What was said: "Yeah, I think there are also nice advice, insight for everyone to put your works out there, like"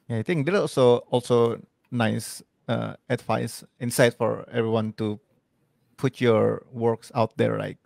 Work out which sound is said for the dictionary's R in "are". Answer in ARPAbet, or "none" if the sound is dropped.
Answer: L